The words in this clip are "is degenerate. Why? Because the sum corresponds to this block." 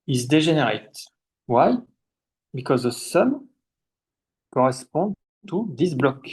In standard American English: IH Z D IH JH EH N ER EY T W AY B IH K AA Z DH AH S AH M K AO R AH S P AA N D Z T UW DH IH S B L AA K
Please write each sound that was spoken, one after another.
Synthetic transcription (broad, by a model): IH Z D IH ZH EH N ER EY T W AY B IH K AA Z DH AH S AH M K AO R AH S P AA D T UW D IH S B L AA K